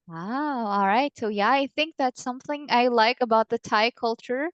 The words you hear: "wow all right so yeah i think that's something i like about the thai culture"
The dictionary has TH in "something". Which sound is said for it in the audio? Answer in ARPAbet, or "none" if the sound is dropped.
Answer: TH